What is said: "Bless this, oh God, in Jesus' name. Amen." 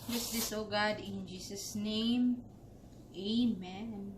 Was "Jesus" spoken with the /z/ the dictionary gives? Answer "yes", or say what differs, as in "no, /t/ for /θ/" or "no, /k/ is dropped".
no, /s/ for /z/